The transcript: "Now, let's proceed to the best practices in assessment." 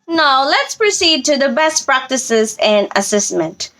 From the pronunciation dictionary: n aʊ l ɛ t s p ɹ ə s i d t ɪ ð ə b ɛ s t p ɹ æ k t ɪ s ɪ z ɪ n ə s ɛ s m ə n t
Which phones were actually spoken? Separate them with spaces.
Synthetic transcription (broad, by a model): n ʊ l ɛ t s p ɹ ə s i d t ɪ ð ə b ɛ s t p ɹ æ k t ɪ s ɪ z ɪ n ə s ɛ s m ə n t